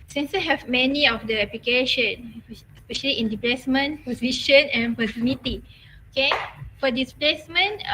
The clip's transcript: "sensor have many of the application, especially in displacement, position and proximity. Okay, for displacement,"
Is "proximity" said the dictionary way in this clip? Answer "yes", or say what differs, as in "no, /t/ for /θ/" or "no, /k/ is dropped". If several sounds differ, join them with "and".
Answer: no, /ɹ/ is dropped and /k/ is dropped